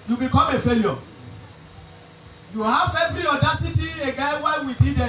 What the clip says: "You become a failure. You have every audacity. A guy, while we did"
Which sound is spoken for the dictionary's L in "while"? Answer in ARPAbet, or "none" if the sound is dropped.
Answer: N